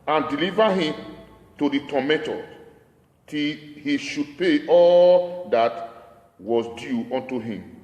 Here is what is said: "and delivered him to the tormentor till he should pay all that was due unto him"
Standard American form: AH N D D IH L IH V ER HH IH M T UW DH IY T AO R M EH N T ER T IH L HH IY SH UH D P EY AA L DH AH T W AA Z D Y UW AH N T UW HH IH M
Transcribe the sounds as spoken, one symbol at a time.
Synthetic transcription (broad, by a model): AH N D D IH L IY V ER HH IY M T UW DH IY T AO M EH T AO T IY L HH IY SH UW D P EY AA L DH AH T W AA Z D Y UW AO N T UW HH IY M